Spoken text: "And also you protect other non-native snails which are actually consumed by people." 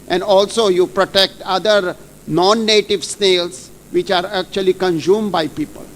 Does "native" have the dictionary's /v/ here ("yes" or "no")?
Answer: yes